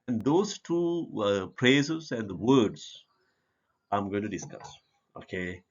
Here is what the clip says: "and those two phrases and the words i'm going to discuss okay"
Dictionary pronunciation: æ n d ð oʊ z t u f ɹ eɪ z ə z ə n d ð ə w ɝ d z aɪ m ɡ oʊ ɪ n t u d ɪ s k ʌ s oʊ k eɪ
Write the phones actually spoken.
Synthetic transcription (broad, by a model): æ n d oʊ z t u p ɹ eɪ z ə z ə n d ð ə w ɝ d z aɪ m ɡ oʊ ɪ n t u d ɪ s k ʌ s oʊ k eɪ